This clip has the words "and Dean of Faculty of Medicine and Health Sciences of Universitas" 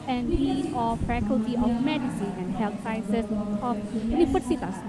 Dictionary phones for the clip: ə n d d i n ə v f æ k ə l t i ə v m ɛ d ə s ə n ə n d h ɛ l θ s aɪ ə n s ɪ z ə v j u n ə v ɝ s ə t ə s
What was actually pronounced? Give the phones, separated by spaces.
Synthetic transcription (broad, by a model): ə n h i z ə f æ k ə l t i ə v m ɛ d ə s ə n ə n d h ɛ l t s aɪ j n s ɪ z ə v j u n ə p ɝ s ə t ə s